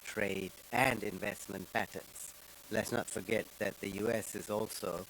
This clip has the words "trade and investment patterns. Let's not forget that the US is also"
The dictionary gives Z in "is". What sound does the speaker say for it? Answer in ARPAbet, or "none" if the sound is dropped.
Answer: Z